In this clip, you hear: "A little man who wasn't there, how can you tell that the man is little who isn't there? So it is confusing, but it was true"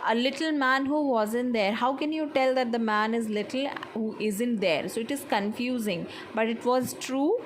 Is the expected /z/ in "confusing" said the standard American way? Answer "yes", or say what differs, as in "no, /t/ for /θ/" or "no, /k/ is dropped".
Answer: yes